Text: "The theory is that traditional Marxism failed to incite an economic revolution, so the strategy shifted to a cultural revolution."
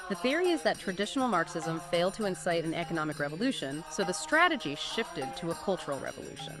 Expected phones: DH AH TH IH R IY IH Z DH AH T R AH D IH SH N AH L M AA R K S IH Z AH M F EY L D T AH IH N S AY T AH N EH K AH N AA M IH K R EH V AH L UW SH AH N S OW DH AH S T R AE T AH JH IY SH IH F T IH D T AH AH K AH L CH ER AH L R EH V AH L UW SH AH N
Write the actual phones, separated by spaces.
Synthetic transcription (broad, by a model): DH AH TH IH R IY IH Z DH AH T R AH D IH SH N L M AA R K S IH Z AH M F EY L D T AH IH N S AY T AH N EH K AH N AA M IH K R EH V AH L UW SH AH N S OW DH AH S T R AE T AH JH IY SH IH F T IH D T AH AH K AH L CH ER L R EH V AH L UW SH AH N